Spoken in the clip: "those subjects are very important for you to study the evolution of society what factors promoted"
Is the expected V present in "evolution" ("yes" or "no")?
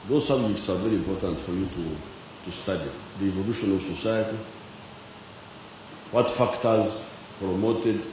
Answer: yes